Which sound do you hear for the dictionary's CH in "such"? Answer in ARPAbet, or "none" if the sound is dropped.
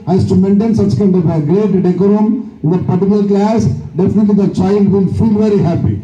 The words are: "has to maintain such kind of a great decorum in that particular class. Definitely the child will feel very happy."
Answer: CH